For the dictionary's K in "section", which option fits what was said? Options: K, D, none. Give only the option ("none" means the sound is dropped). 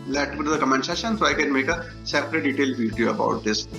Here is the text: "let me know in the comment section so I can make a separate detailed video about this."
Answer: none